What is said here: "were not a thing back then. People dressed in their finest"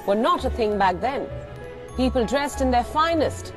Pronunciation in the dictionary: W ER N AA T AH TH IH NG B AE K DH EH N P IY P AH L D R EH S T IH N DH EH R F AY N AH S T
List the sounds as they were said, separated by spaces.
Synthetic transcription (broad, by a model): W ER N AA T AH TH IH NG B AE K DH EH N P IY P AH L D R EH S T IH N DH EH R F AY N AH S T